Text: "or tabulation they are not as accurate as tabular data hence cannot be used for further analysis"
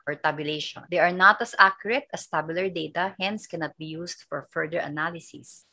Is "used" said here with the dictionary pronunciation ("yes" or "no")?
no